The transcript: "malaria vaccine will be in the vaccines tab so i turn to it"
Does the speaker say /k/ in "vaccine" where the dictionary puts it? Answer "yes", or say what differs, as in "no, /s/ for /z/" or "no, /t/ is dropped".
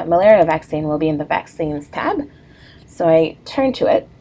yes